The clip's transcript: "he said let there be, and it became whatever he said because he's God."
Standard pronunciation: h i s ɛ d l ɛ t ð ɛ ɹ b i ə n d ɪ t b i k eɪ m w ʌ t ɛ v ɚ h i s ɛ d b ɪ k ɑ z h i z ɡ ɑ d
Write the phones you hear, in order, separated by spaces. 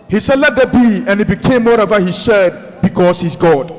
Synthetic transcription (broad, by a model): h i s ɛ d l ɛ t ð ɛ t b i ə n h ɪ t b i k eɪ m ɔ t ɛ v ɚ h i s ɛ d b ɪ k ɑ s h i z ɡ ɑ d